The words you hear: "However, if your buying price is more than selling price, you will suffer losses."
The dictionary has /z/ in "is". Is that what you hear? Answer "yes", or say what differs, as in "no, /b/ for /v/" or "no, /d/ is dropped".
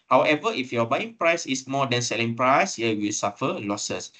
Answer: no, /s/ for /z/